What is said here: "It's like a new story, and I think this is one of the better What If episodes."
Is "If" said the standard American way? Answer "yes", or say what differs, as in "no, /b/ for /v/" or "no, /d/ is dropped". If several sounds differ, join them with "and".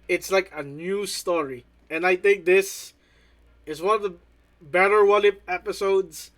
no, /p/ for /f/